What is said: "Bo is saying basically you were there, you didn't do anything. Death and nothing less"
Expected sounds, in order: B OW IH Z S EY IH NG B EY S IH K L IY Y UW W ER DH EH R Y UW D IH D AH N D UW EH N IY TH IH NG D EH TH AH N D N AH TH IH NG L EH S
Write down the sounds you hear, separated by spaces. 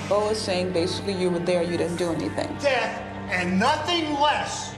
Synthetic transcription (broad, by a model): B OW IH Z S EY IH NG B EY S IH K L IY Y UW W ER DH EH R Y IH D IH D N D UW EH N IY TH IH NG D EH TH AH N N AH TH IH NG L EH S